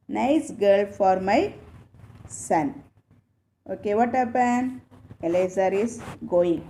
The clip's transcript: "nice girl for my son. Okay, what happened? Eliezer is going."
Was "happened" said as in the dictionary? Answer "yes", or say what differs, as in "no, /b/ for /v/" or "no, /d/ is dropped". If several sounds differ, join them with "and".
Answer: no, /d/ is dropped